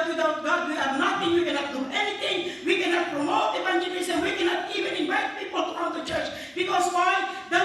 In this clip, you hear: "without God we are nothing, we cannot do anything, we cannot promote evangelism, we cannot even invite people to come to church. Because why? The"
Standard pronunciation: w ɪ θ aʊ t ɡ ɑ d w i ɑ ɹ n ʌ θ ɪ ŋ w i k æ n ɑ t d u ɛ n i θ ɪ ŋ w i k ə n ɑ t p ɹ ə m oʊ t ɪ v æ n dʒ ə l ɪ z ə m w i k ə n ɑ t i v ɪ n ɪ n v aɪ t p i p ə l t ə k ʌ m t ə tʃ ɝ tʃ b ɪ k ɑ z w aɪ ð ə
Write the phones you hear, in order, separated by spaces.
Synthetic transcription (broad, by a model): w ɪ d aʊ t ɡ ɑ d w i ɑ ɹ n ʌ t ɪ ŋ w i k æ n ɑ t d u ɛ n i t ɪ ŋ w i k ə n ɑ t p ɹ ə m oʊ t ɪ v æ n dʒ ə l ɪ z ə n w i k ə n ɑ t i v ɪ n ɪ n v aɪ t p i p ə l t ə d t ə tʃ ɝ tʃ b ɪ k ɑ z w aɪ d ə